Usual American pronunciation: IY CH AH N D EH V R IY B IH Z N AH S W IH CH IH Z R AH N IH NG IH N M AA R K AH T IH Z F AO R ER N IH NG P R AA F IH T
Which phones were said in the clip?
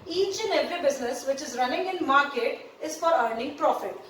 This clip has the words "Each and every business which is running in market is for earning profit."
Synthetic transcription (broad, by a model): IY CH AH N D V IY B IH Z N AH S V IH CH IH Z R AH N IH NG IH N M AA R K AH T IH Z F AO R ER N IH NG P R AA F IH T